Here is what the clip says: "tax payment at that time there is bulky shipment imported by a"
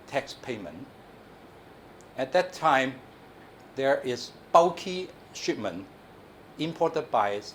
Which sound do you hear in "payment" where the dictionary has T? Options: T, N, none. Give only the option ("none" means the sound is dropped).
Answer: none